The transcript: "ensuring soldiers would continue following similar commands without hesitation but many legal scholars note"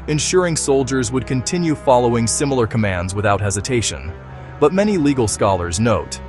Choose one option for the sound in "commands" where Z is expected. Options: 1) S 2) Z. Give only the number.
2